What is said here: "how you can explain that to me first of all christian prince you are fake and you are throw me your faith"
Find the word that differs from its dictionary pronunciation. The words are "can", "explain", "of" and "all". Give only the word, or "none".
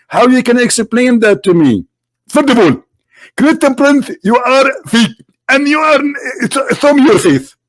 of